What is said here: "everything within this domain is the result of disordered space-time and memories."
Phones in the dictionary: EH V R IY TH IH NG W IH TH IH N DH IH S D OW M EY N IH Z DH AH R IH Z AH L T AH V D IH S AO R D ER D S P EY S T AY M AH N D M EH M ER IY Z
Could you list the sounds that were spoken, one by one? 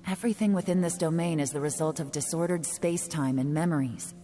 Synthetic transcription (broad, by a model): EH V R IY TH IH NG W IH TH IH N DH IH S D OW M EY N IH Z DH AH R IH Z AH L T AH V D IH S AO R D ER D S P EY S T AY M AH N M EH M ER IY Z